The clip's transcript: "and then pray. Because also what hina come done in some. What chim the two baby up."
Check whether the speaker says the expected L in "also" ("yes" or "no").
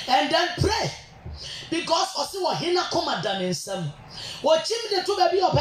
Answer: no